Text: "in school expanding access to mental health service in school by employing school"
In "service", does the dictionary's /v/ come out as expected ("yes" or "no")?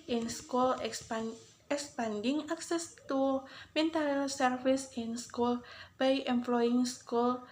no